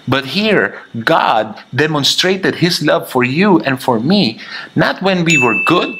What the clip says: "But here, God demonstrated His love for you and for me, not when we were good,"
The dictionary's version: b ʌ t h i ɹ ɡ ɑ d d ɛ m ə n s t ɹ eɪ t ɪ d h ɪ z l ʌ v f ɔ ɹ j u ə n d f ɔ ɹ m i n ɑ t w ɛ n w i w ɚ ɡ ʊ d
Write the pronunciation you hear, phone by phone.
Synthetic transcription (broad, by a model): b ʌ t h i ɹ ɡ ɑ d d ɛ m ə n s t ɹ eɪ t ɪ d h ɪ s l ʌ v f ɔ ɹ j u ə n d f ɔ ɹ m i n ɑ t w ɛ n w i w ɚ ɡ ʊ d